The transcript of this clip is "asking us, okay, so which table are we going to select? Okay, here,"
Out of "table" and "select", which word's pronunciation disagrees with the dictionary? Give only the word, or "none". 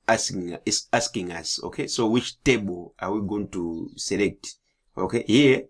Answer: none